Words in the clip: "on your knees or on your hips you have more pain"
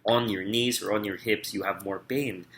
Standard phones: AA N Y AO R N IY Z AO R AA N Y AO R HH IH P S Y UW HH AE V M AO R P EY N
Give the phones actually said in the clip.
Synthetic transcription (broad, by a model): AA N Y AO R N IY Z AO R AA N Y AO R HH IH P S Y UW HH AE V M AO R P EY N